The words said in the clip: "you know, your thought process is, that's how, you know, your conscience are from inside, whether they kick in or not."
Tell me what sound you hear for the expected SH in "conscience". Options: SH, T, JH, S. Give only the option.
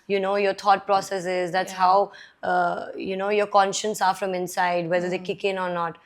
SH